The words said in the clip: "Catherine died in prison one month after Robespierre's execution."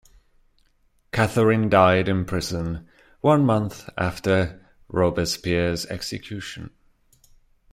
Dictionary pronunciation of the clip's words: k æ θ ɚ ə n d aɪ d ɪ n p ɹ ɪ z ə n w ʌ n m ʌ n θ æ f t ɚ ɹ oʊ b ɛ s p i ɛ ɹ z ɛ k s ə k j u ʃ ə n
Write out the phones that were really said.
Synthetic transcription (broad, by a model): k æ θ ɚ ə n d aɪ d ɪ n p ɹ ɪ z ə n w ʌ n m ʌ n θ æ f t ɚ ɹ oʊ b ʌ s p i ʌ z ɛ k s ə k j u ʃ ə n